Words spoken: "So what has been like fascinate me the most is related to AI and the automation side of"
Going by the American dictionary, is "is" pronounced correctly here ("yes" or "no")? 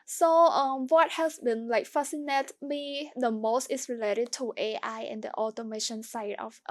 no